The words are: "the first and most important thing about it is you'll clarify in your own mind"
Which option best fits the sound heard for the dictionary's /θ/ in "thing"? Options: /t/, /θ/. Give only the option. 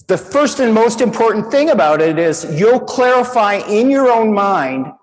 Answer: /θ/